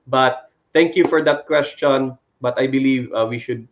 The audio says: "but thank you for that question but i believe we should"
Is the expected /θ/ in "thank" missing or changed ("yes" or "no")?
yes